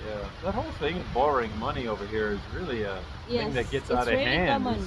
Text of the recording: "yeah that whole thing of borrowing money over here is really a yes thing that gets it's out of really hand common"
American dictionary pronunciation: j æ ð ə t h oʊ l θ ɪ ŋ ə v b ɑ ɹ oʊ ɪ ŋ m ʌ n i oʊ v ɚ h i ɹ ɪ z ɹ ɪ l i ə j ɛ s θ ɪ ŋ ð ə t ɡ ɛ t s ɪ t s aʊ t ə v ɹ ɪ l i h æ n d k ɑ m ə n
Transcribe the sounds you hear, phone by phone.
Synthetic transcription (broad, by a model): j æ ð ə t h oʊ l θ ɪ ŋ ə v b ɑ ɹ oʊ ɪ ŋ m ʌ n i oʊ v ɚ h i ɹ ɪ z ɹ ɪ l i ə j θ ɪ ŋ ð ə t ɡ ɛ t s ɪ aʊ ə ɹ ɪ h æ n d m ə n